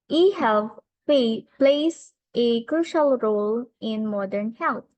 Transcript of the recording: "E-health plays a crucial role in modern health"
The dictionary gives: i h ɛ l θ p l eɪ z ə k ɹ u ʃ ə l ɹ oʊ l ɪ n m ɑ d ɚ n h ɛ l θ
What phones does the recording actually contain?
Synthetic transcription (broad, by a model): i h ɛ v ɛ p l eɪ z ə k ɹ u ʃ ə l ɹ oʊ l ɪ n m ɑ d ɚ n h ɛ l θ